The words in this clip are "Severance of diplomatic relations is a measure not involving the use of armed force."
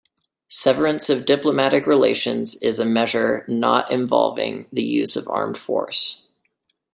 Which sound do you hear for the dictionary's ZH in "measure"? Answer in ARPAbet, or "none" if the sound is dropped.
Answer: ZH